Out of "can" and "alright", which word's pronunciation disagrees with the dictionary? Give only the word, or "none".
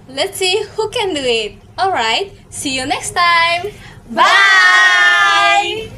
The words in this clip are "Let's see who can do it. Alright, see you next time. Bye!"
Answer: none